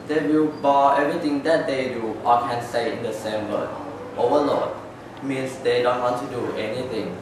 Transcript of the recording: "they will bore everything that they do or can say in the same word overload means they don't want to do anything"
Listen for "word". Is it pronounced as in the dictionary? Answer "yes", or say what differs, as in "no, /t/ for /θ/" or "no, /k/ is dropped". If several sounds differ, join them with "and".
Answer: no, /d/ is dropped